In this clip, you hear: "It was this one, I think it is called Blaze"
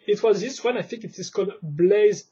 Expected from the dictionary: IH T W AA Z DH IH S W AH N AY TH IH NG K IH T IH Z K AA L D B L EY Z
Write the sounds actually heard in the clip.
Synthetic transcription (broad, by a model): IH T W AA Z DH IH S W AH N AY TH IH NG K IH T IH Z K AA L D B L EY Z